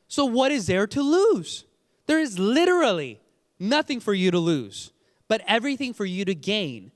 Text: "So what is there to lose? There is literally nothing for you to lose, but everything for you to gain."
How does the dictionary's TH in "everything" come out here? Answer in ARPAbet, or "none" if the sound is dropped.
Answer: TH